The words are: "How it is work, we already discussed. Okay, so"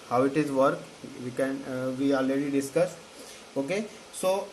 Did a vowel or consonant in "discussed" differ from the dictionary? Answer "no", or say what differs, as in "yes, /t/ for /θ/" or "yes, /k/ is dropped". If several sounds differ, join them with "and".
yes, /t/ is dropped